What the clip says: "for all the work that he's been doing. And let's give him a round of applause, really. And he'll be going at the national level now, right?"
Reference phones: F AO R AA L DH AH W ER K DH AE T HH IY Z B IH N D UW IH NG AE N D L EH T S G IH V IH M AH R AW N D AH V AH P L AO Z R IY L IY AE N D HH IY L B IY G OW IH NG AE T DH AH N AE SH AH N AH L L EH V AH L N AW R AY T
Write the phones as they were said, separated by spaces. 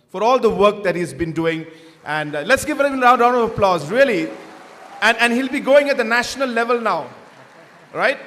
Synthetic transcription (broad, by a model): F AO R AA L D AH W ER K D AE T HH IY Z B IH N D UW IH NG AE N D L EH T S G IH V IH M AH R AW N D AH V AH P L AO Z R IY L IY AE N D HH IY L B IY G OW IH NG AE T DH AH N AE SH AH N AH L L EH V AH L N AW R AY T